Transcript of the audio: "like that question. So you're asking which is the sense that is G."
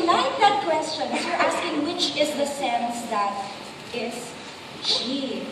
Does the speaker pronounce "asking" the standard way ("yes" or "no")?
no